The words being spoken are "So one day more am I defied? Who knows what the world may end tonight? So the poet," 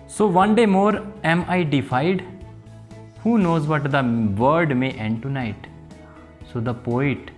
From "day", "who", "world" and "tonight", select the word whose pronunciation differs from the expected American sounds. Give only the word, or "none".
world